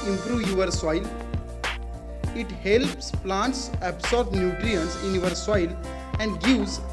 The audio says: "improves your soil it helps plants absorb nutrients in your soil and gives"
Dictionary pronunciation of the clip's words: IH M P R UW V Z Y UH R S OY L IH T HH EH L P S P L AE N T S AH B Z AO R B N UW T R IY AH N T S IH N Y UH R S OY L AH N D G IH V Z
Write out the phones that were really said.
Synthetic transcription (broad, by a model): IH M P R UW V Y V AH R S OY L IH T HH EH L P S P L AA N T S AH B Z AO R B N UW T R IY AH N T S IH N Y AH R S OY L AH N D G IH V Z